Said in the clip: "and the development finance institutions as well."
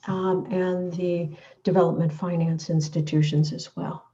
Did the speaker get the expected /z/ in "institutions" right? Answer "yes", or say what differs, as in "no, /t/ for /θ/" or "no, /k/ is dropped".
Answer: yes